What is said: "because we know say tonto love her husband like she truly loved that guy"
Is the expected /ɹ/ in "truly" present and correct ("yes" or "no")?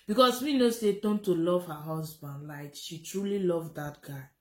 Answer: yes